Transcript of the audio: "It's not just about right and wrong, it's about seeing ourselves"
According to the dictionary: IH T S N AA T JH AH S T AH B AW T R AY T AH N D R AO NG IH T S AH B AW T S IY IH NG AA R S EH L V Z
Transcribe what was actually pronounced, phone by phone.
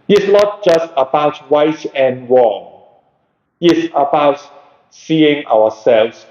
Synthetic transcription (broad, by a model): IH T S N AA T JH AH S T AH B AW T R AY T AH N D R AO NG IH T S AH B AW T S IY IH NG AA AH S EH L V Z